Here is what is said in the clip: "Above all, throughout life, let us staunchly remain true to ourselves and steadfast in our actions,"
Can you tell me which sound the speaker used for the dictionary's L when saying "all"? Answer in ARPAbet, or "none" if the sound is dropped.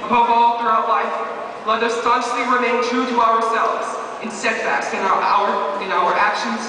L